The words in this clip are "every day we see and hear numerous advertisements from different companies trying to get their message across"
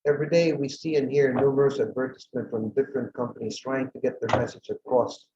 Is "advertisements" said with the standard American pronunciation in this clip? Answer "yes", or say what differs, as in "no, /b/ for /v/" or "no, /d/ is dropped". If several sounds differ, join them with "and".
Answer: no, /s/ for /z/ and /s/ is dropped